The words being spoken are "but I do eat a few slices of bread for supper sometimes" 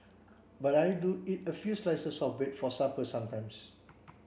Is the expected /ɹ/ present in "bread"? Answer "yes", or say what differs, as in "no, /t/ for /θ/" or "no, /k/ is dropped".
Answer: no, /ɹ/ is dropped